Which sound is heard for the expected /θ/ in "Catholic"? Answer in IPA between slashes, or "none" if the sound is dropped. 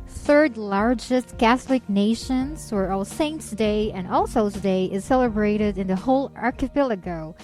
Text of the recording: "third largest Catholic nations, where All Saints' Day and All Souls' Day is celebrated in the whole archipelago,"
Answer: /θ/